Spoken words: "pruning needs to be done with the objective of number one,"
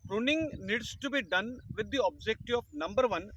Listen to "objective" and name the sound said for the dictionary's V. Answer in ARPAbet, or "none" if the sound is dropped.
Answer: none